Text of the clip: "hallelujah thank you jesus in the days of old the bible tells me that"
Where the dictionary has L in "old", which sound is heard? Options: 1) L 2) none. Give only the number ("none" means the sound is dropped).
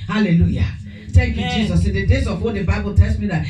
2